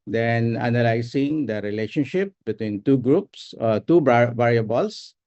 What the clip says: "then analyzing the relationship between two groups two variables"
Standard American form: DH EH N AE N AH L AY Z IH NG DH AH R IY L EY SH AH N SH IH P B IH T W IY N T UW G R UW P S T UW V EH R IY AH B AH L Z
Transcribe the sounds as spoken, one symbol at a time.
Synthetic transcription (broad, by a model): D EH N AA N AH L AY S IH NG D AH R IY L EY SH AH N SH IH P B IH T W IY N T UW G R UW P S T UW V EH R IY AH B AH L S